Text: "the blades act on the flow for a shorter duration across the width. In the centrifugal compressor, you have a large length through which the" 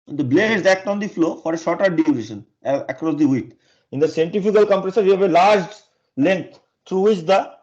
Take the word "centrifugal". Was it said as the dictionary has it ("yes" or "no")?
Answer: no